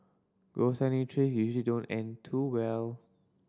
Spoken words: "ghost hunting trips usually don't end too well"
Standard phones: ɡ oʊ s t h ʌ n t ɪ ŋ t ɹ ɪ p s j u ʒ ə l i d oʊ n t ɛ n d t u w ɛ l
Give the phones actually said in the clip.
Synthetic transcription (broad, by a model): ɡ oʊ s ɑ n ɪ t ɹ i s j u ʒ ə l i d oʊ n t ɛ n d t u w ɛ l